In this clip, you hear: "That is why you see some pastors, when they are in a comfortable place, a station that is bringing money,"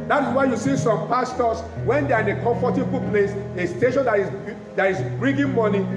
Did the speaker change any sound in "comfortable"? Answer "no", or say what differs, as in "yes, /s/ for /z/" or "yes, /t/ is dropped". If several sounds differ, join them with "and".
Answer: yes, /m/ is dropped